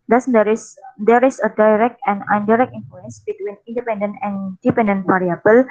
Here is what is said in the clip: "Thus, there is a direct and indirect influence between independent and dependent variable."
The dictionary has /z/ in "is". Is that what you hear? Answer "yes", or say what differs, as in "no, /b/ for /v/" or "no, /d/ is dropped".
no, /s/ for /z/